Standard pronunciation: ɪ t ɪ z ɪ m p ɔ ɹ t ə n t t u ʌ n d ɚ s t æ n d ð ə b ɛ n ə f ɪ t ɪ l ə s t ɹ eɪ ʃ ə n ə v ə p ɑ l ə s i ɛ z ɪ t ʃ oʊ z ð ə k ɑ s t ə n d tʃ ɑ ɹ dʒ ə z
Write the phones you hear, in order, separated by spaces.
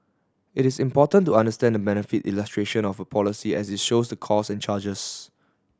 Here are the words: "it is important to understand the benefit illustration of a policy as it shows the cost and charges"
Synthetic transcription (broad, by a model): ɪ t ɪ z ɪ m p ɔ t ə n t t u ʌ n d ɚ s t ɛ n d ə b ɛ n ə f ɪ t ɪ l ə s t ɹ eɪ ʃ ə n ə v ə p ɑ l ə s i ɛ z ɪ t ʃ oʊ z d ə k ɑ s ə n tʃ ɑ dʒ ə s